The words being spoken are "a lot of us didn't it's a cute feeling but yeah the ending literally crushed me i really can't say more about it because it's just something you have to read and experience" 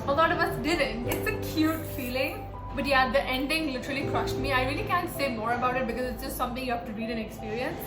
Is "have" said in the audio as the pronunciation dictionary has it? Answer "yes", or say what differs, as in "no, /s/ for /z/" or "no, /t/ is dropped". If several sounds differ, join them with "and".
no, /f/ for /v/